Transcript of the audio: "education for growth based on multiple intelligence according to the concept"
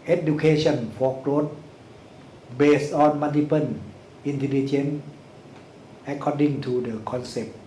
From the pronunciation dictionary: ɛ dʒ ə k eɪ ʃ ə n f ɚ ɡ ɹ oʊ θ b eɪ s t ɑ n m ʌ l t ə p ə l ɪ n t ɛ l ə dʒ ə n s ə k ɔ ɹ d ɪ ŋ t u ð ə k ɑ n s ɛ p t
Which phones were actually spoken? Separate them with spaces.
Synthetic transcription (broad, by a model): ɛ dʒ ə k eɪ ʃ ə n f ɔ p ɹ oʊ t b eɪ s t ɑ n m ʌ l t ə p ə n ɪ n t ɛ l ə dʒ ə n ə k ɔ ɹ d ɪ ŋ t u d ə k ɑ n s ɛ p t